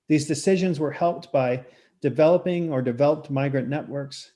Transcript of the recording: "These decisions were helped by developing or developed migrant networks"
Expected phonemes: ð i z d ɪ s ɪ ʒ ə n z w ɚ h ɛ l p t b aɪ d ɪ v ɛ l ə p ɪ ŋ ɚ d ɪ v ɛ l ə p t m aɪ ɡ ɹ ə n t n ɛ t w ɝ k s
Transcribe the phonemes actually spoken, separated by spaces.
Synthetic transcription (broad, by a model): ð i z d ɪ s ɪ ʒ ə n z w ɚ h ɛ l p t b aɪ d ɪ v ɛ l ə p ɪ ŋ ɚ d ɪ v ɛ l ə p t m aɪ ɡ ɹ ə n n ɛ t w ɝ k s